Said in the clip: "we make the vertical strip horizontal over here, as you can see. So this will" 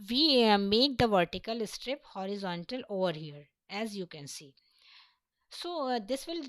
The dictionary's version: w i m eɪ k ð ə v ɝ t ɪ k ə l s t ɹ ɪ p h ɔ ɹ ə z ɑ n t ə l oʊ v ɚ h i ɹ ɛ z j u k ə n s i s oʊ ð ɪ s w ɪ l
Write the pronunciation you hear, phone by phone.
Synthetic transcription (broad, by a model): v i m eɪ k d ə v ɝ t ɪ k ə l s t ɹ ɪ p h ɔ ɹ ə z ɑ n t ə l oʊ v ɚ h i ɹ ɛ z j u k ə n s i s oʊ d ɪ s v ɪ l